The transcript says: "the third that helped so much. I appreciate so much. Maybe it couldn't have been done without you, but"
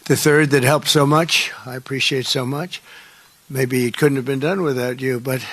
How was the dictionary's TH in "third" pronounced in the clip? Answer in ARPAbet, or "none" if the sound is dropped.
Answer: TH